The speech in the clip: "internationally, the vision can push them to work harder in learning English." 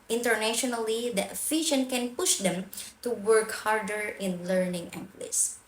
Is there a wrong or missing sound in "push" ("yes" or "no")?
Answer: no